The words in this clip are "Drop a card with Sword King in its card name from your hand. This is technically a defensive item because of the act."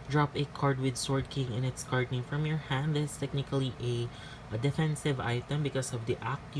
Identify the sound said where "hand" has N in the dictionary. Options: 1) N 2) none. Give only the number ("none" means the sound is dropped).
1